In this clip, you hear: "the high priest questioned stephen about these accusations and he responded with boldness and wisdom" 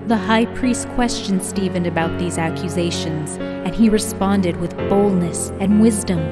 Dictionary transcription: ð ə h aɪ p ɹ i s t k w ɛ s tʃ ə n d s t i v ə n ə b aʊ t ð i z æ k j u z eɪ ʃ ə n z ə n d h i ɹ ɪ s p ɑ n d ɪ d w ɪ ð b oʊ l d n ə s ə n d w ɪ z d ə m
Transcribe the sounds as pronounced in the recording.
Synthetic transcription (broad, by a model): ð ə h aɪ p ɹ i s t k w ɛ s tʃ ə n s t i v ə n ə b aʊ t ð i z æ k j u z eɪ ʃ ə n z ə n i ɹ ɪ s p ɑ n d ɪ d w ɪ ð b oʊ l d n ə s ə n w ɪ z d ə m